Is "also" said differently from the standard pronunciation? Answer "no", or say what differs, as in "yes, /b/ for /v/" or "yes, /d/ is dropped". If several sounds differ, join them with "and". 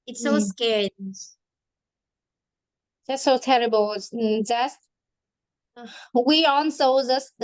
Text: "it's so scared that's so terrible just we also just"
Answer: yes, /n/ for /l/